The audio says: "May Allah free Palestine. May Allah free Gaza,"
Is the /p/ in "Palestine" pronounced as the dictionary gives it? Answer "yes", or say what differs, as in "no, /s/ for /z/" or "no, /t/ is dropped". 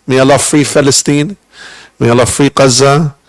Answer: no, /f/ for /p/